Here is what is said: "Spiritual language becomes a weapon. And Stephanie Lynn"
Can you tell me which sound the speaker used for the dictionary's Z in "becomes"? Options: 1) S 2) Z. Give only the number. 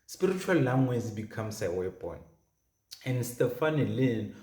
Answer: 1